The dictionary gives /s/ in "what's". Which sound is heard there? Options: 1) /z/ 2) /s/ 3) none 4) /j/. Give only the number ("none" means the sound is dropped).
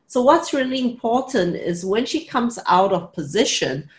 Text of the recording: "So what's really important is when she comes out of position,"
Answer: 2